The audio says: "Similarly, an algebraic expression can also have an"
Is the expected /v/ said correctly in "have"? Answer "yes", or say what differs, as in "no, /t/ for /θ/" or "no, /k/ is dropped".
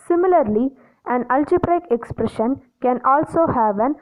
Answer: yes